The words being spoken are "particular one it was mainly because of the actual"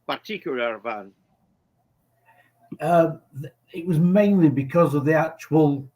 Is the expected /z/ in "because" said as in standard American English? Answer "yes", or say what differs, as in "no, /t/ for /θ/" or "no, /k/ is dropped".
yes